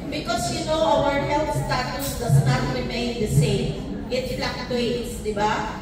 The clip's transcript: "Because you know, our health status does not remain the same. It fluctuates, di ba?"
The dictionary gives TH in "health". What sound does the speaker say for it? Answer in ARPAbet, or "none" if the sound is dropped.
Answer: F